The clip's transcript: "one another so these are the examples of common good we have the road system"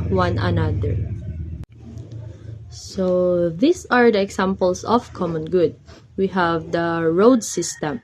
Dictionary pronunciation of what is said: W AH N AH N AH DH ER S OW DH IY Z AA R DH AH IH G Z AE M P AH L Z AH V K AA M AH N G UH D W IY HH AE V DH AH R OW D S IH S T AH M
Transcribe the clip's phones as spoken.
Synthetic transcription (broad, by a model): W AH N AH N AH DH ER S OW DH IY S AA R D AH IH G S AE M P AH L S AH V K AA M AH N G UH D W IY HH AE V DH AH R OW D S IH S T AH M